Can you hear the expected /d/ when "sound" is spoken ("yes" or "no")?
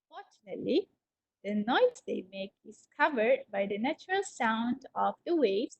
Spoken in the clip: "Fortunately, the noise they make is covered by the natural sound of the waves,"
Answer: yes